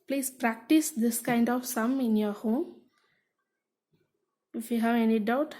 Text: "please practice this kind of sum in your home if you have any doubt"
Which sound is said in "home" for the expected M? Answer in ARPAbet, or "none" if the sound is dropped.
none